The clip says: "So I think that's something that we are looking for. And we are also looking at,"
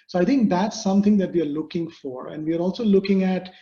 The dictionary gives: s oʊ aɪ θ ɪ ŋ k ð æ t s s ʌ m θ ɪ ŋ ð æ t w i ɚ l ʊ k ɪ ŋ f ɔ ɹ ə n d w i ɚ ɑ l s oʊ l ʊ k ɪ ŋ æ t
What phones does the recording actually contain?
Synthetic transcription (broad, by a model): s oʊ aɪ t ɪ ŋ k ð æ t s s ʌ m t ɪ ŋ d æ t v i ɚ l ʊ k ɪ ŋ f ɔ ɹ ə n d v i ɚ ɑ l s oʊ l ʊ k ɪ ŋ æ t